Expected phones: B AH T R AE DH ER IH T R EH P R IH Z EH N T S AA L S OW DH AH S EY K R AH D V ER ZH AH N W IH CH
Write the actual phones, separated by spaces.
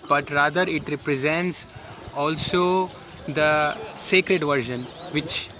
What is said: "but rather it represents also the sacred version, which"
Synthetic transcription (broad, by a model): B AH T R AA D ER IH T R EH P R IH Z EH N T S AA L S OW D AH S EY K R AH D V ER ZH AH N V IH CH